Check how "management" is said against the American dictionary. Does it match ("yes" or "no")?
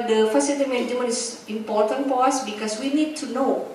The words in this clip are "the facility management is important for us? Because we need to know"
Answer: no